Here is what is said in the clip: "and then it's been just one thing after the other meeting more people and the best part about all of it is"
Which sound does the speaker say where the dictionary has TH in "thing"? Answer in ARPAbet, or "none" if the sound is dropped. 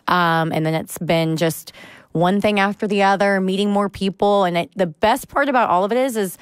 TH